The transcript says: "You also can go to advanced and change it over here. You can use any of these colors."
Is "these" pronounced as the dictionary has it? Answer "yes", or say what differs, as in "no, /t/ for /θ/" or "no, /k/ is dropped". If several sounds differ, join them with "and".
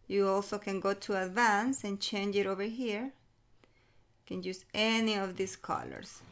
no, /s/ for /z/